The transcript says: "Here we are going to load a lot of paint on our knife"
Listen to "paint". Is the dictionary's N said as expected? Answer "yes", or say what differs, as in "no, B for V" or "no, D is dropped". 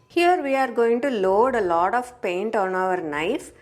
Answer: yes